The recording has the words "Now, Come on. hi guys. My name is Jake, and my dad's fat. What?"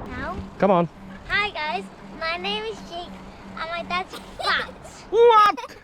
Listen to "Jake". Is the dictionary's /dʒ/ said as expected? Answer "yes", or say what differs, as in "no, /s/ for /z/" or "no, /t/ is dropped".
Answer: no, /tʃ/ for /dʒ/